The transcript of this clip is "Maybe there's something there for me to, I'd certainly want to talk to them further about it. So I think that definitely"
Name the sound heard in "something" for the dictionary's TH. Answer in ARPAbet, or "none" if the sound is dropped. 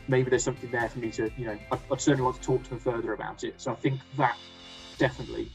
TH